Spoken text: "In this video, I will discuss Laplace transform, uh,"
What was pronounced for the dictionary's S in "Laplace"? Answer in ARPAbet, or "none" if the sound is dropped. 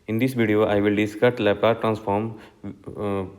none